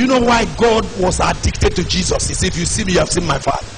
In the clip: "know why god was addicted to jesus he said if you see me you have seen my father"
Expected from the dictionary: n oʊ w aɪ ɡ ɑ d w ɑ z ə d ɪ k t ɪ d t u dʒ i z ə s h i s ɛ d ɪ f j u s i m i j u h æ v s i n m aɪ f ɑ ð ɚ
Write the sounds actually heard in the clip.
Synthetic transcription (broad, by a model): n oʊ w aɪ ɡ ɑ d w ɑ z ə d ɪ k t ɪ d t u dʒ i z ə s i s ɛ ɪ f j u s i m i j u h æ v s i n m aɪ f ɑ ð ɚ